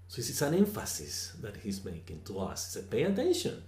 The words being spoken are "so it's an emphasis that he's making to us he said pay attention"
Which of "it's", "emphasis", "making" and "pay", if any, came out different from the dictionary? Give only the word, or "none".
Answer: it's